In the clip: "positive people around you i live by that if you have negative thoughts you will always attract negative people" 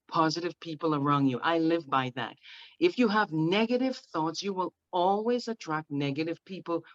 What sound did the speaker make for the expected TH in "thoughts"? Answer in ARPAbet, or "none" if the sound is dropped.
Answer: TH